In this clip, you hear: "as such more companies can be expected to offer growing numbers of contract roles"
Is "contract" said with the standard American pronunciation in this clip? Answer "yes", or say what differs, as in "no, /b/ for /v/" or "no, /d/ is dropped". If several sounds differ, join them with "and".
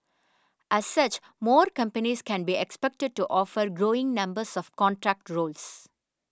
yes